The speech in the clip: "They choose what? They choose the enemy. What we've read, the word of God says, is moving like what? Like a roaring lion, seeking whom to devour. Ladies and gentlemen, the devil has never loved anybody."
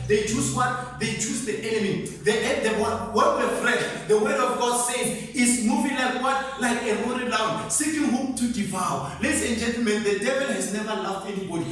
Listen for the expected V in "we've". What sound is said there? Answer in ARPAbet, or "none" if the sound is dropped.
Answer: F